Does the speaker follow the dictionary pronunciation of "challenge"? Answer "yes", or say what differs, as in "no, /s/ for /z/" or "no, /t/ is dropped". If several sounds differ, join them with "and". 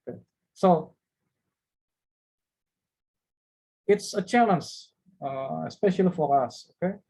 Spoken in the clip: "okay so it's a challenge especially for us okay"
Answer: no, /n/ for /l/